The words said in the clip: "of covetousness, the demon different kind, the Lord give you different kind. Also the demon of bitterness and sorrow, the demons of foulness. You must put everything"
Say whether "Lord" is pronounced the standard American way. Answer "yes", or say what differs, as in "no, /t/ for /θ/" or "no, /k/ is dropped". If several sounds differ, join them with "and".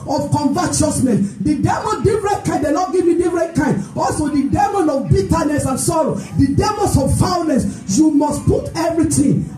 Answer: no, /n/ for /l/